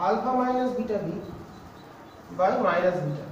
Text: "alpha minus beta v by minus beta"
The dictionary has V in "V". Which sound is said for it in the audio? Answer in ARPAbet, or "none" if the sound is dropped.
B